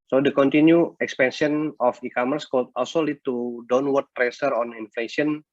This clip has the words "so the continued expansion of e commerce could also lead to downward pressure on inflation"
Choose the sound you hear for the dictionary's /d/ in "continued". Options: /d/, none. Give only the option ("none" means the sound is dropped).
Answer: none